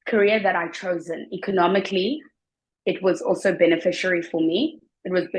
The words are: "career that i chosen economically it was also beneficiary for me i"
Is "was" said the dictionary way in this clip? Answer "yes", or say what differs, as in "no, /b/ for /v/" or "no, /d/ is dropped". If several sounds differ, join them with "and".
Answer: yes